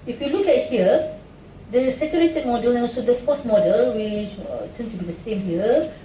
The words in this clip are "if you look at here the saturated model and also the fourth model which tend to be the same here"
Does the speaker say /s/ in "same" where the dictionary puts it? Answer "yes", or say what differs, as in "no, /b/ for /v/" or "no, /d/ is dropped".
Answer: yes